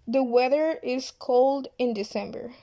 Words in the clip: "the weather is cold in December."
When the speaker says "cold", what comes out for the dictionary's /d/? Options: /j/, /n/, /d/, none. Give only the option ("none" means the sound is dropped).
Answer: /d/